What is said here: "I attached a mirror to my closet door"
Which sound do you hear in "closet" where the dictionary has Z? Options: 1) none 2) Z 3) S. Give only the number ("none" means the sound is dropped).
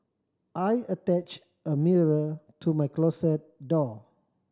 3